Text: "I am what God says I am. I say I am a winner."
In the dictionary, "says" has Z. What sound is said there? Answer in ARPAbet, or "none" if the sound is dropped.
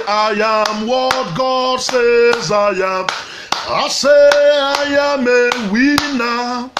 Z